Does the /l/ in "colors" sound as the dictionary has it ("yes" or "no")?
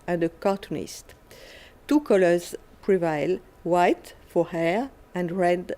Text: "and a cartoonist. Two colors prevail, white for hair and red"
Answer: yes